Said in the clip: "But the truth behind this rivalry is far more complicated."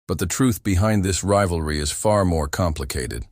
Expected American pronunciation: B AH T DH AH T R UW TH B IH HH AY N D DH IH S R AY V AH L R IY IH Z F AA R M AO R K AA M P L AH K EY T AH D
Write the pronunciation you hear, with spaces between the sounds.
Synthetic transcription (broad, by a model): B AH T DH AH T R UW TH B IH HH AY N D DH IH S R AY V L R IY IH Z F AA R M AO R K AA M P L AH K EY T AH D